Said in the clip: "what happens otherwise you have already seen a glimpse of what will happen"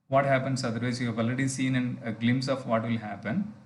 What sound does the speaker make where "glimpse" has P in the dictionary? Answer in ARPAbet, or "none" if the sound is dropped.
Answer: none